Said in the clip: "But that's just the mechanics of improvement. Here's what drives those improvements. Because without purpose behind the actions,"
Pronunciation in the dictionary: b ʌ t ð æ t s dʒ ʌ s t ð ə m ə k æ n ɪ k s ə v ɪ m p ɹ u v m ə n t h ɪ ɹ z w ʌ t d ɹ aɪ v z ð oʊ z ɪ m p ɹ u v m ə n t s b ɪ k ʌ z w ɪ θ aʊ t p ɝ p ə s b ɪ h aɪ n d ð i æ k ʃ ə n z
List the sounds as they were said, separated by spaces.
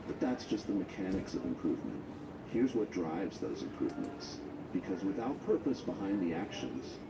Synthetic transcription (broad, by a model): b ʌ t ð æ t s dʒ ʌ s t ð ə m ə k æ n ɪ k s ə v ɪ m p ɹ u v m ə n t h ɪ ɹ z w ʌ t d ɹ aɪ v z ð oʊ z ɪ m p ɹ u v m ə n t s b ɪ k ʌ z w ɪ θ aʊ t p ɝ p ə s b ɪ h aɪ n ð i æ k ʃ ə n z